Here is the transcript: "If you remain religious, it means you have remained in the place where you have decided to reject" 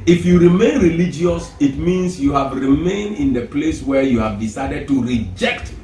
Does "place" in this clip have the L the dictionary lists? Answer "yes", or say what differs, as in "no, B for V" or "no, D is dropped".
yes